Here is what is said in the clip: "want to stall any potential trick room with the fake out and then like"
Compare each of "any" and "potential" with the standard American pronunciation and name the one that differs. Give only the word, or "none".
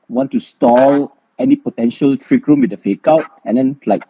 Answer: none